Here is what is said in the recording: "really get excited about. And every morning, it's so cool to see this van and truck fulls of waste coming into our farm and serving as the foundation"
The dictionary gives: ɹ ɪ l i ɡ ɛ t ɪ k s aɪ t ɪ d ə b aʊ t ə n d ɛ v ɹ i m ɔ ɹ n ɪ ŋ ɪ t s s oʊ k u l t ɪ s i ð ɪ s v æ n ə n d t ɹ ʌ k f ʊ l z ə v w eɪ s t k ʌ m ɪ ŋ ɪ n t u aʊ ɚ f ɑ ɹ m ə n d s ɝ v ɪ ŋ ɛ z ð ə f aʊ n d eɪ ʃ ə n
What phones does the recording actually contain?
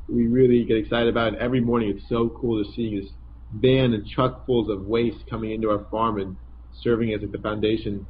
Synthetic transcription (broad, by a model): ɹ ɪ l i ɡ ɛ t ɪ k s aɪ t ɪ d ə b aʊ t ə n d ɛ v ɹ i m ɔ ɹ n ɪ ŋ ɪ t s s oʊ k u l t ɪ s i ð ɪ s b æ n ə n t ɹ ʌ k f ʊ l z ə v w eɪ s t k ʌ m ɪ ŋ ɪ n t u aʊ ɚ f ɑ ɹ m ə n s ɝ v ɪ ŋ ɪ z ð ə f aʊ n d eɪ ʃ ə n